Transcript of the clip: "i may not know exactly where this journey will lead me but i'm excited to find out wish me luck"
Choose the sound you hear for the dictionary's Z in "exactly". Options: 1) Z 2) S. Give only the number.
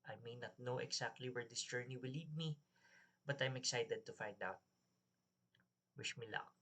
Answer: 2